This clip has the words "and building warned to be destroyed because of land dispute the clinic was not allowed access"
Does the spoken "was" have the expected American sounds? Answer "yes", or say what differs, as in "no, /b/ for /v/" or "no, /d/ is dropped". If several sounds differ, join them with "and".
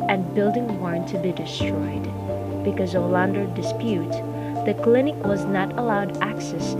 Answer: yes